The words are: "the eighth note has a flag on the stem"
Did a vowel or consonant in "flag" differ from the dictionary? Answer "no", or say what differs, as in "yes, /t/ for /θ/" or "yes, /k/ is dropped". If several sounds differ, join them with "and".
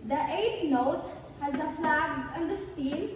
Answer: no